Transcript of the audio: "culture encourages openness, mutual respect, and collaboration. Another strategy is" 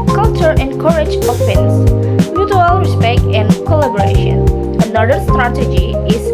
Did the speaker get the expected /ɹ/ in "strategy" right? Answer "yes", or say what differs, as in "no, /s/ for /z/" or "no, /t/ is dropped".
yes